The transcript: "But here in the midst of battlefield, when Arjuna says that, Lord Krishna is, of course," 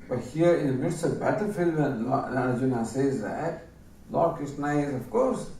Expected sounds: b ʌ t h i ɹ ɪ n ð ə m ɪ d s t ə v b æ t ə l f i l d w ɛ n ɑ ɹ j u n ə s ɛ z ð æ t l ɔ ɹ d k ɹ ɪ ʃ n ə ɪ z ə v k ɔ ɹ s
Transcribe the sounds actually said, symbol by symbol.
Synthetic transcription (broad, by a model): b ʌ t h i ɹ ɪ n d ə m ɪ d s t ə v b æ t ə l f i l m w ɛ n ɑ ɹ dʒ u n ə s ɛ z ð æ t l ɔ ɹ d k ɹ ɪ s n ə ɪ z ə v k ɔ ɹ s